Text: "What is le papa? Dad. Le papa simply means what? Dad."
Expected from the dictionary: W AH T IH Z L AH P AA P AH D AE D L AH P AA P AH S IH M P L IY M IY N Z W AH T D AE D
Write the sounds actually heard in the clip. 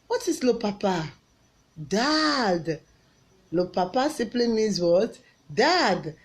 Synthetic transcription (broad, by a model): W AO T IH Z L AH P AA P AH D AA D L AH P AA P AH S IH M P L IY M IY Z W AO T D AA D